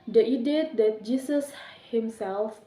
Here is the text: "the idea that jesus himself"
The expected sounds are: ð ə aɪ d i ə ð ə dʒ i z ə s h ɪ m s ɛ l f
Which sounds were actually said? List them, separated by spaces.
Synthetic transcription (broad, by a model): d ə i d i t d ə dʒ i s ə s h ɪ m s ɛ l f